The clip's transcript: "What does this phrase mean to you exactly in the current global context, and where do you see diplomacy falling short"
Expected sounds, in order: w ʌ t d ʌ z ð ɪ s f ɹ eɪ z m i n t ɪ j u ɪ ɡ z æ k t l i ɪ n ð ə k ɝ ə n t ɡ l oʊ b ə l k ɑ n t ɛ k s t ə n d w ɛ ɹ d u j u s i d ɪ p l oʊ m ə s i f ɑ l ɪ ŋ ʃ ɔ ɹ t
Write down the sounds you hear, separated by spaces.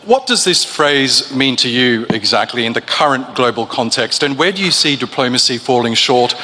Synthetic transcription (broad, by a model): w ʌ t d ʌ z ð ɪ s f ɹ eɪ z m i n t ɪ j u ɪ ɡ z æ k t l i ɪ n ð ə k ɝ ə n ɡ l oʊ b ə l k ɑ n t ɛ k s t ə n w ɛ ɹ d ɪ j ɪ s i d ɪ p l oʊ m ə s i f ɑ l ɪ ŋ ʃ ɔ ɹ t